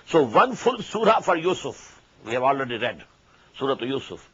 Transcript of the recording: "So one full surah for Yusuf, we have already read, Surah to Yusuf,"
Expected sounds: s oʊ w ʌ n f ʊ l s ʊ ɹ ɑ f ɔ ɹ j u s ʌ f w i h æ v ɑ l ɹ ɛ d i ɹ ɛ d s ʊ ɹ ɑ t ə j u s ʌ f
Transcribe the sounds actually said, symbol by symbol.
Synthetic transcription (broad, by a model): s oʊ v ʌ n f ʊ l s ʊ ɹ ɑ f ɔ ɹ j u s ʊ f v i h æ v ɑ l ɹ ɛ d i ɹ ɛ d s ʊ ɹ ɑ t j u s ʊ f